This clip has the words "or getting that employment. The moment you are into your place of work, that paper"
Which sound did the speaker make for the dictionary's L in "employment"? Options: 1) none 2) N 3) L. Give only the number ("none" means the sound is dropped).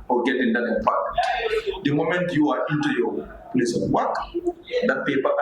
1